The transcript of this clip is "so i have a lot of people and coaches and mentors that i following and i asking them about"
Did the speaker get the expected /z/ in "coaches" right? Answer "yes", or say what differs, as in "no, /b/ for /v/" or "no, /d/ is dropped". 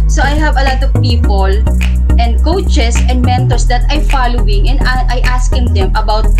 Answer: no, /s/ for /z/